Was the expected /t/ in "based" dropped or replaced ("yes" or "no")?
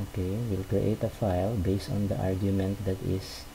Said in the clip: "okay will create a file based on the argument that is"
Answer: no